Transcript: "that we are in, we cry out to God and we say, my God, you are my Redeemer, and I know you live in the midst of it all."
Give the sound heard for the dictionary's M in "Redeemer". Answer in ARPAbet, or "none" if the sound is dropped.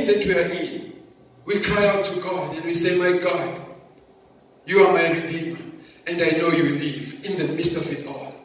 none